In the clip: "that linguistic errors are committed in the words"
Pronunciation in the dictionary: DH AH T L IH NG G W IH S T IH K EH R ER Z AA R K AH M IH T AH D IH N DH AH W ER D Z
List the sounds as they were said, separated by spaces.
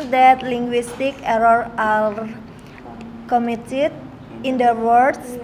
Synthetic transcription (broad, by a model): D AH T L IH NG G W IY S T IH K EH R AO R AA L K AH M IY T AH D IH N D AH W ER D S